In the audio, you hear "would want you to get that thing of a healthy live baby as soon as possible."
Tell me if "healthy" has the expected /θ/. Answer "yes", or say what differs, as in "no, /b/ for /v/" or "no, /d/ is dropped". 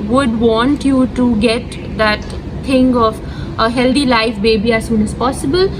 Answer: no, /t/ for /θ/